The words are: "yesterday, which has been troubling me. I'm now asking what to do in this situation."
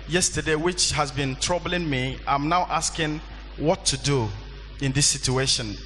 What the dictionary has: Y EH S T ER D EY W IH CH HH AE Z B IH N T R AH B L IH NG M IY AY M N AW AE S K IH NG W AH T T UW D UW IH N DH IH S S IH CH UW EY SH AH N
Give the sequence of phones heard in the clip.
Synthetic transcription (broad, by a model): Y EH S T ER D EY W IH CH HH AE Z B IH N T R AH B L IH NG M IY AY M N AW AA S K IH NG W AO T T UW D UW IH N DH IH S S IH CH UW EY SH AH N